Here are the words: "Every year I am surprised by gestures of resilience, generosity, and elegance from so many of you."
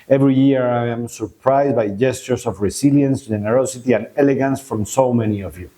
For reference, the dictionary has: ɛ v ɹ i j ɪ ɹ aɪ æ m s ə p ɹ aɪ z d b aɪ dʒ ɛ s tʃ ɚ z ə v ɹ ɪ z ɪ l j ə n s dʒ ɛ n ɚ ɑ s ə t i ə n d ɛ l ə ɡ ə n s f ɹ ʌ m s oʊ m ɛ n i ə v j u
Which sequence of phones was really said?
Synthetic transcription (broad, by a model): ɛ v ɹ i j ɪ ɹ aɪ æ m s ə p ɹ aɪ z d b aɪ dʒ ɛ s tʃ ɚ s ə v ɹ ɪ s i l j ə n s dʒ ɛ n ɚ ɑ s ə t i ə n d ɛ l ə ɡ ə n s f ɹ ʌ m s oʊ m ɛ n i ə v j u